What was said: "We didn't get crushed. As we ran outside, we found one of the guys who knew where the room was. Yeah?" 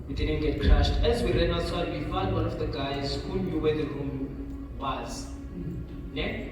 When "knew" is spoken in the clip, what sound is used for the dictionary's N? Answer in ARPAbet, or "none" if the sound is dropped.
L